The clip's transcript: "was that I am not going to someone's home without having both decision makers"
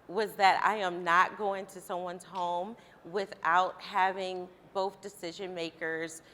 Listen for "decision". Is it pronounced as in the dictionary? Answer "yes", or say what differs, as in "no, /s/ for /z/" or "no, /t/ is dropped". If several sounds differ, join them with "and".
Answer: yes